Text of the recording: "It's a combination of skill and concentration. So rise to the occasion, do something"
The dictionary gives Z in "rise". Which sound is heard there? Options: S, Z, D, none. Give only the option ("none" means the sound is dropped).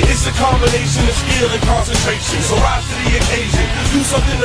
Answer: none